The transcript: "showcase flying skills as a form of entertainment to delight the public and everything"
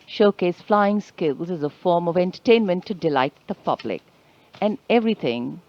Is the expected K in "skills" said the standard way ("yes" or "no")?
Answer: yes